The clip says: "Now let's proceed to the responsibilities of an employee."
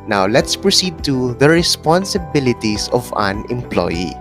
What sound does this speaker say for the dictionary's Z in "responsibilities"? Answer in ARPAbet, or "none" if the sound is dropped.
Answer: S